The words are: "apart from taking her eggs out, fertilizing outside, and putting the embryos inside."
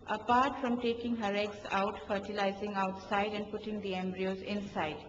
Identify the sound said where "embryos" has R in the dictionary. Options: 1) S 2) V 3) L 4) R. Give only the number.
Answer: 4